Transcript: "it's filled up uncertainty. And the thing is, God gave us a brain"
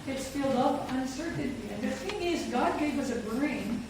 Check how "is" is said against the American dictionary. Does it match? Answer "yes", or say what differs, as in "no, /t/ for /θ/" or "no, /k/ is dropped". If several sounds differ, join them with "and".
yes